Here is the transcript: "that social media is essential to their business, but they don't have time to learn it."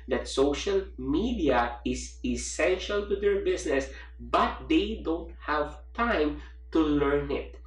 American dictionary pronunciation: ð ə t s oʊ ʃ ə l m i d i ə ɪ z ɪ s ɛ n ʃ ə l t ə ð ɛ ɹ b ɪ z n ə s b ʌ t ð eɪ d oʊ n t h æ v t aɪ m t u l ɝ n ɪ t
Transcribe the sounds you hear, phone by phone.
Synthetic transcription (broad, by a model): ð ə t s oʊ ʃ ə l m i d i ə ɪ s ɪ s ɛ n ʃ ə l t ə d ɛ ɹ b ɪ s n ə s b ʌ t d eɪ d oʊ n t h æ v t aɪ m t u l ɝ n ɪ t